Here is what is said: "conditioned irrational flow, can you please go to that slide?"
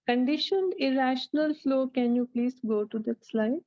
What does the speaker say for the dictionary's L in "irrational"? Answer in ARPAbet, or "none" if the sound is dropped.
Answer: L